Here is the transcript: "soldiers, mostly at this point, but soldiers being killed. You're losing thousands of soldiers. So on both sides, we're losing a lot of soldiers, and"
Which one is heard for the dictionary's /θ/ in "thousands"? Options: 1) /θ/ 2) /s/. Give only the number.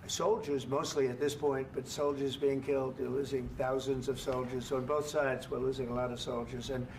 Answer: 1